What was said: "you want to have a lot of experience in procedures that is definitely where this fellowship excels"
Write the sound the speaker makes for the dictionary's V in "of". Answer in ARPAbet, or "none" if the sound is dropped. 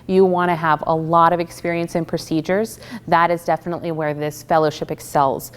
V